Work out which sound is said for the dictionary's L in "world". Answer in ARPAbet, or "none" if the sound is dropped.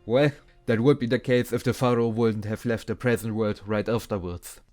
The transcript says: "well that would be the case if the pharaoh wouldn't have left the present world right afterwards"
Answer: none